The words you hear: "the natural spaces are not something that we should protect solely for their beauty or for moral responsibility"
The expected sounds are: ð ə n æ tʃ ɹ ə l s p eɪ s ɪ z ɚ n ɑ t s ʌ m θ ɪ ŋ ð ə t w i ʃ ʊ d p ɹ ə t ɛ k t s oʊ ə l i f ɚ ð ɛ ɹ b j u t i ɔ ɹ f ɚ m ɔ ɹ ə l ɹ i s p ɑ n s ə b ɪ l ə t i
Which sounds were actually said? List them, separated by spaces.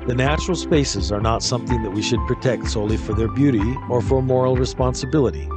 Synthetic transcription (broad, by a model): ð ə n æ tʃ ɹ l s p eɪ s ɪ z ɚ n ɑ t s ʌ m θ ɪ ŋ ð ə t w i ʃ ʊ d p ɹ ə t ɛ k t s oʊ ə l i f ɚ ð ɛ ɹ b j u t i ɔ ɹ f ɚ m ɔ ɹ l ɹ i s p ɑ n s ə b ɪ l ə t i